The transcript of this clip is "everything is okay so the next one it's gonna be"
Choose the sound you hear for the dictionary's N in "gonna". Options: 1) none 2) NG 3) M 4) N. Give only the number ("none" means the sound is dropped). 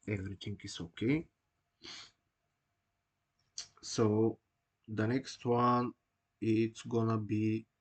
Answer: 4